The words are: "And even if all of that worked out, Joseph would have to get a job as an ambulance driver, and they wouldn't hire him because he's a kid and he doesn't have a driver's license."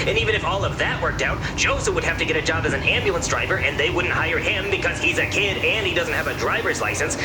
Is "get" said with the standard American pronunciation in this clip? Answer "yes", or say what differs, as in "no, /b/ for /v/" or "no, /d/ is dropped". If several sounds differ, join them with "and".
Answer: yes